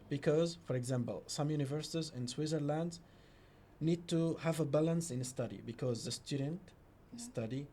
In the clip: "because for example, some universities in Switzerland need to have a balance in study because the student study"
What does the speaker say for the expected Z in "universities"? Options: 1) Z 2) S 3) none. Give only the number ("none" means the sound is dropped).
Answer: 1